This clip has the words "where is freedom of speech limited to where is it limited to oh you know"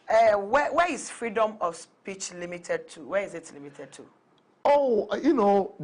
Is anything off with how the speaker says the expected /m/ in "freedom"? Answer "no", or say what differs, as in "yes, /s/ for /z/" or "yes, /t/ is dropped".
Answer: no